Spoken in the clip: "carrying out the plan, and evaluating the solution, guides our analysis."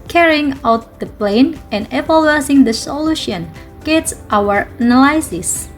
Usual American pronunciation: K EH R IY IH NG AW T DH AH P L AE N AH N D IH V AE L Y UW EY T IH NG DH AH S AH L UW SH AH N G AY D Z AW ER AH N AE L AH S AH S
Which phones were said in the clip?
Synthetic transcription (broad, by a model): K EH R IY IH NG AW T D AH P L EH N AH N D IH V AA L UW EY S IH NG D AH S AH L UW SH AH N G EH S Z AW ER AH N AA L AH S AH S